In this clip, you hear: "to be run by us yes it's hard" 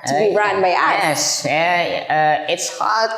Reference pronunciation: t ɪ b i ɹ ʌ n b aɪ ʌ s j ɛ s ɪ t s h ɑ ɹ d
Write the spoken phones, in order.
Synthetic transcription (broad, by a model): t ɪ b i ɹ ʌ n b aɪ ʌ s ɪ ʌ ɪ t s h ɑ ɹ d